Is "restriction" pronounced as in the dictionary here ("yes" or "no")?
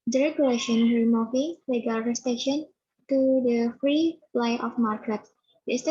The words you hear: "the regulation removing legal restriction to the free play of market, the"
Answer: no